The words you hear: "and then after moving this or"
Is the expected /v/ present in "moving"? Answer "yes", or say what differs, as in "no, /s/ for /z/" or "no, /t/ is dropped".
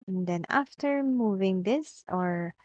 yes